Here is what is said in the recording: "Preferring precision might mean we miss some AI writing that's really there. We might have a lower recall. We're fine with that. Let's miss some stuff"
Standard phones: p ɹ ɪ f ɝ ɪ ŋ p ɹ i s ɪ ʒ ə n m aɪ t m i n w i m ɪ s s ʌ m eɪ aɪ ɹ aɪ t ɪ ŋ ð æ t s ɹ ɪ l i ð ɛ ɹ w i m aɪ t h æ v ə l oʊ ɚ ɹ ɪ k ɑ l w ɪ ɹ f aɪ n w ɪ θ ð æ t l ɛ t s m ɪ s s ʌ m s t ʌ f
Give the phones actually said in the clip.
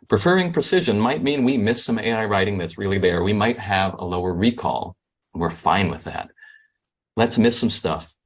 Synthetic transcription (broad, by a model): p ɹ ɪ f ɝ ɪ ŋ p ɹ i s ɪ ʒ ə n m aɪ t m i n w i m ɪ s s ʌ m eɪ aɪ ɹ aɪ t ɪ ŋ ð æ t s ɹ ɪ l i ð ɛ ɹ w i m aɪ t h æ v ə l oʊ ɚ ɹ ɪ k ɑ l w ɪ ɹ f aɪ n w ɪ ð æ t l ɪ t s m ɪ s s ʌ m s t ʌ f